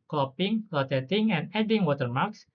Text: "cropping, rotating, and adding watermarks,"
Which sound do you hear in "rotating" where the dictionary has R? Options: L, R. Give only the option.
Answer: L